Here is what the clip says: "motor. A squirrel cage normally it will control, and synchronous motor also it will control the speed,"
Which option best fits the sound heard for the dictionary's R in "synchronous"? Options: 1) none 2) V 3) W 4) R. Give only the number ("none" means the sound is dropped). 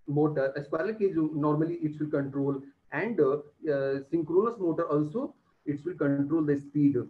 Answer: 4